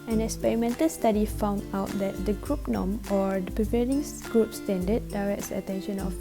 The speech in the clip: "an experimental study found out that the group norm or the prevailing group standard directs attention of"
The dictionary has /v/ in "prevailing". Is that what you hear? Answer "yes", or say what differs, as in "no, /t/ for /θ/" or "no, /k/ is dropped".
no, /p/ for /v/